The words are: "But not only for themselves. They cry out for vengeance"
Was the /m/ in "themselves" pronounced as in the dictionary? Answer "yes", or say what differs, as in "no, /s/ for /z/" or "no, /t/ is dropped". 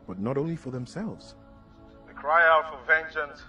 yes